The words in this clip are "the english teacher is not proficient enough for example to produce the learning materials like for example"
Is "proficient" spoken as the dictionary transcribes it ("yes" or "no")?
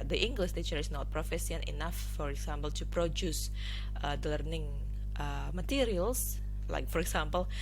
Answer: no